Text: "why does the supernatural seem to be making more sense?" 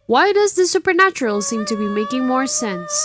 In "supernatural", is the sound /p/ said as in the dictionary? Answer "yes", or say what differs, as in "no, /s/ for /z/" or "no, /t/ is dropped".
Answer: yes